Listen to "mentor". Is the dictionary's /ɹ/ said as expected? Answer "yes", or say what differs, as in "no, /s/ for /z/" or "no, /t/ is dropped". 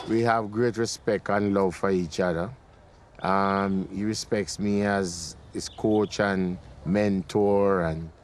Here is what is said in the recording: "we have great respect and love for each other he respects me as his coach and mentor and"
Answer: yes